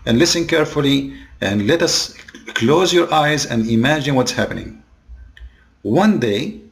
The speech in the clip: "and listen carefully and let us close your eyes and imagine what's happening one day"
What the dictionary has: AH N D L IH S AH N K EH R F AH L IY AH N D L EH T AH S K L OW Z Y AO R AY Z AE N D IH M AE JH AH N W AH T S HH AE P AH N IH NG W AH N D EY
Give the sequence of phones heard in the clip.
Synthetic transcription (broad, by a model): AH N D L IH S AH N K EH R F AH L IY AH N D L EH T AH S K L OW Z Y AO R AY Z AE N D IH M AE JH AH N W AH T S HH AE P AH N IH NG W AH N D EY